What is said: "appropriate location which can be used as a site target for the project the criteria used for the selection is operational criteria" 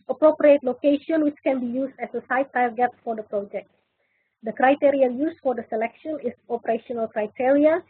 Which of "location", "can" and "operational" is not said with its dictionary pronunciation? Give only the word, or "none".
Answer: none